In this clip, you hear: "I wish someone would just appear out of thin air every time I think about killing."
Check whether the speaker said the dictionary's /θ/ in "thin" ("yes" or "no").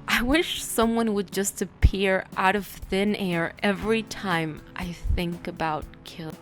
yes